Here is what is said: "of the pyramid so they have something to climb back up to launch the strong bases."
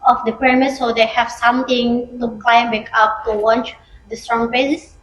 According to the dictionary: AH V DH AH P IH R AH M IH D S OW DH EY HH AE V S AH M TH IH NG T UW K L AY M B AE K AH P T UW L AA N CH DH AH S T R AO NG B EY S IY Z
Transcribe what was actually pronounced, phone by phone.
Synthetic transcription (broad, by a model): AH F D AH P R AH M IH S OW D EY HH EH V S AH M T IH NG T UW K L AY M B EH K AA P T UW W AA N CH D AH S T R AO NG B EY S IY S